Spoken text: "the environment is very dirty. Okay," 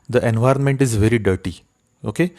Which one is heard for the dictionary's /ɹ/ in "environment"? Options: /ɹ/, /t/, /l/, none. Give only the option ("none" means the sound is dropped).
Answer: /ɹ/